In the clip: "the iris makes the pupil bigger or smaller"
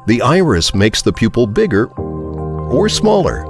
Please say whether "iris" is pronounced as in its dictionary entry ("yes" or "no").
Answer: yes